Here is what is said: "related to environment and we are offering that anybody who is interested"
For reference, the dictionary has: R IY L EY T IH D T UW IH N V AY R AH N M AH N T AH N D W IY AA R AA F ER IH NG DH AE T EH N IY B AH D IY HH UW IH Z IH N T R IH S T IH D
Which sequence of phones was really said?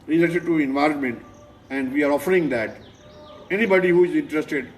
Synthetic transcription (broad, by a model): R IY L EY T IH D T UW IH N V AY R AH N M AH N T AH N D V IY AA R AA F ER IH NG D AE T EH N IY B AH D IY HH UW IH Z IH N T R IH S T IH D